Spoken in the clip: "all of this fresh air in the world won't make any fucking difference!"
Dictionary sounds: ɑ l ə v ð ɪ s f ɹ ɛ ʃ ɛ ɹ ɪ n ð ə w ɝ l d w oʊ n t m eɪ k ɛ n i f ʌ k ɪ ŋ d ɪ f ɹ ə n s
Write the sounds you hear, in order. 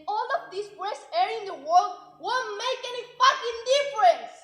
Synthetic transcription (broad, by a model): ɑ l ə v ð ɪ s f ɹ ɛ s ɛ ɹ ɪ n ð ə w ɝ l d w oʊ m eɪ k ɛ n i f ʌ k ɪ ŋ d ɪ f ɹ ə n s